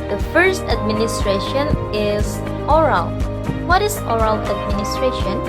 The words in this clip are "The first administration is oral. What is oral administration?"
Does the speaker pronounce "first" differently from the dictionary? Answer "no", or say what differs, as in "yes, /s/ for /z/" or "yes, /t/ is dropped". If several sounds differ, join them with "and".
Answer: no